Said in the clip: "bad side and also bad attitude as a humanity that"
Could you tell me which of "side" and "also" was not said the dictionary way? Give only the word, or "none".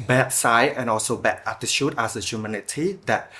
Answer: side